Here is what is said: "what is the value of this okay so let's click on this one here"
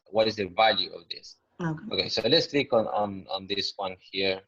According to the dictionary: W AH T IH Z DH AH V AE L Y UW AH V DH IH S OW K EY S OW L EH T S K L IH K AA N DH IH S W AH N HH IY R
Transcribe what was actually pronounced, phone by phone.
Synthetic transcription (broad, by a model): W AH T IH Z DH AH V AE L Y UW AH V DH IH S OW K EY S OW L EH T S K N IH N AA N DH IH S W AH N HH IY R